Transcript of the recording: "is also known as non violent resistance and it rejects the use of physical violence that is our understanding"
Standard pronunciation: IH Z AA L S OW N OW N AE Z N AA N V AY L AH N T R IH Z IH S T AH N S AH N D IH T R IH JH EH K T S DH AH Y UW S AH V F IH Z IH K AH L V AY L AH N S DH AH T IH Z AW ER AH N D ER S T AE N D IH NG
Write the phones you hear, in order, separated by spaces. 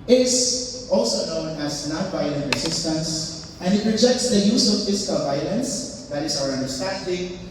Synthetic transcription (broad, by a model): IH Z AA L S OW N OW N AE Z N AA N V AY L AH N T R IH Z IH S T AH N S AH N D IH T R IH JH EH K T S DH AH Y UW S AH V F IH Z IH K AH L V AY L AH N S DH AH T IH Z AW ER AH N D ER S T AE N D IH NG